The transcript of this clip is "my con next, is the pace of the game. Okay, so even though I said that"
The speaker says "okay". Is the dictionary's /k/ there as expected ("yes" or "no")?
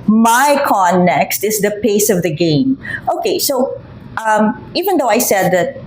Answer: yes